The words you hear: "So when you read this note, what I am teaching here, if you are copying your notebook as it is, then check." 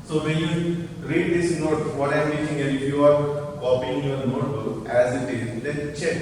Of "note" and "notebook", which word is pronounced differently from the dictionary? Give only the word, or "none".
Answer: notebook